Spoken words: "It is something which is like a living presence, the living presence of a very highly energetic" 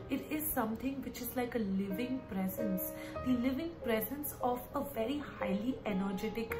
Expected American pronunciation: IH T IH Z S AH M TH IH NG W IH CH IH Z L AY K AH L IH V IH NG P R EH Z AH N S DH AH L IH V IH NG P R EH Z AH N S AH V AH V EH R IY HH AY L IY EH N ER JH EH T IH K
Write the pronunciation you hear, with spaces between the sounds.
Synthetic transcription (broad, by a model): IH T IH Z S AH M T IH NG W IH CH IH Z L AY K AH L IH V IH NG P R EH Z AH N S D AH L IH V IH NG P R EH Z AH N S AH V AH V EH R IY HH AY L IY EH N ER JH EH T IH K